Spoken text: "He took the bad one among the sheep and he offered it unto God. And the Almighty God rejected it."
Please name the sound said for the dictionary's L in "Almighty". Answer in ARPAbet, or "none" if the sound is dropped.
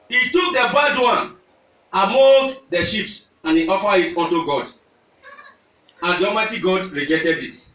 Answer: none